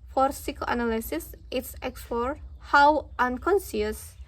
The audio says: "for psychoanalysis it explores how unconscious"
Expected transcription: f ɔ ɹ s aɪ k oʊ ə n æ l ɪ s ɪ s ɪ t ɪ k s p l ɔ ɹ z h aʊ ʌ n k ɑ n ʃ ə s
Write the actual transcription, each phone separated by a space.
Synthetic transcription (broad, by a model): f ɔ ɹ s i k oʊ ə n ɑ l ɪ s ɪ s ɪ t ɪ k s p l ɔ ɹ h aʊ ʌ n k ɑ n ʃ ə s